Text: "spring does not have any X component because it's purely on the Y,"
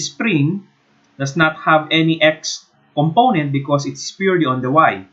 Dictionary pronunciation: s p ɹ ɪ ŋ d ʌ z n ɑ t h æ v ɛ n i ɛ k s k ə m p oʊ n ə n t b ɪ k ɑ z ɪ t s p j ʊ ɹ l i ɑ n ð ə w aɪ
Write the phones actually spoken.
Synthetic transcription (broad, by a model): s p ɹ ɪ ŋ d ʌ s n ɑ t h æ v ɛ n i ɛ k s k ə m p oʊ n ə n t b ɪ k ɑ s ɪ t s p j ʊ ɹ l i ɑ n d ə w aɪ